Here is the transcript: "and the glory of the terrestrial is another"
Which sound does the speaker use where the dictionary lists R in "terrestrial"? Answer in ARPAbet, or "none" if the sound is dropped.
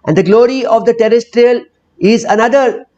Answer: R